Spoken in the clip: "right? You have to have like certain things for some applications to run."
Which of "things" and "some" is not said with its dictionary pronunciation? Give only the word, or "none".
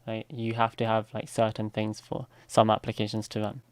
none